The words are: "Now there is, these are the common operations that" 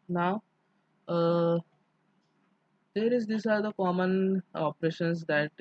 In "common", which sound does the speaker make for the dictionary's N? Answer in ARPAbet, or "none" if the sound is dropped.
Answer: N